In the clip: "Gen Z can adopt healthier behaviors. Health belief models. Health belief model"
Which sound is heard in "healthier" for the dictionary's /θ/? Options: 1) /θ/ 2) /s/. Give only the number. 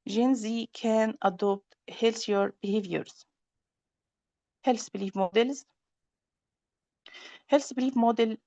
2